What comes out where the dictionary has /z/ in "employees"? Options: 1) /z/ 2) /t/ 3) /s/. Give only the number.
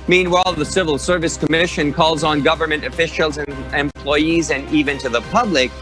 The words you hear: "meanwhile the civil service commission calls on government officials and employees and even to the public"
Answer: 1